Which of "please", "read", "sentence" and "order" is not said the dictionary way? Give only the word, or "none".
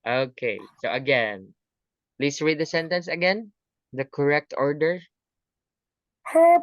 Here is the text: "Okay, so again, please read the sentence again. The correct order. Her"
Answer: please